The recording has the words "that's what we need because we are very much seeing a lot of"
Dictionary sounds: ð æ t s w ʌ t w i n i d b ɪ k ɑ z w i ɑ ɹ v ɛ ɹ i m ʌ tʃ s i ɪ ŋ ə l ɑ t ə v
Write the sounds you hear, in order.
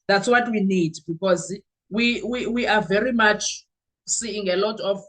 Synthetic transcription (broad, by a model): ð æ t s w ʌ t w i n i d b ɪ k ɑ z w i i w v ɛ ɹ i m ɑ tʃ s i ɪ ŋ ə l ɑ t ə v